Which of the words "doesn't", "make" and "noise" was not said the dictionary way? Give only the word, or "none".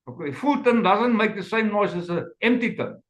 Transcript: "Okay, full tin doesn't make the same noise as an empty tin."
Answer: noise